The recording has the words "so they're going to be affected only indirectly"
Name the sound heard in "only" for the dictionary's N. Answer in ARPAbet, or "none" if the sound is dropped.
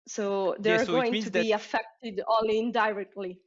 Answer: none